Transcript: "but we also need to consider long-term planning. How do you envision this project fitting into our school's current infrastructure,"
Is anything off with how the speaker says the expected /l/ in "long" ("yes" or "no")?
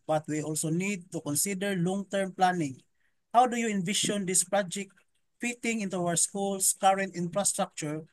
no